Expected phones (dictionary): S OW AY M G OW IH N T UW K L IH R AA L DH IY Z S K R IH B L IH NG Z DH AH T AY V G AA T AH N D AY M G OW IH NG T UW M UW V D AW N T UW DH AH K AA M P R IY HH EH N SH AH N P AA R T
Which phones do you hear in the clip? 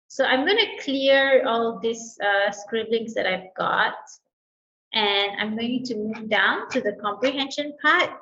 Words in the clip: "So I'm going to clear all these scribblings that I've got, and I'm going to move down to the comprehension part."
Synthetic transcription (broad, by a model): S OW AY M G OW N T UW K L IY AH AA L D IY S S K R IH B L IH NG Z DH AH T AY V G AA T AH N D AY M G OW T UW M UW V D AW N T UW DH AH K AA M P R IY HH EH N SH AH N P AA T